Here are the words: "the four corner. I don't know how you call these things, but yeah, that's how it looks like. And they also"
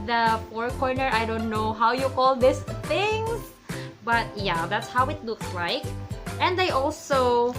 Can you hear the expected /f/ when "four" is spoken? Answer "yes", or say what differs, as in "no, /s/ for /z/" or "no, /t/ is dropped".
no, /p/ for /f/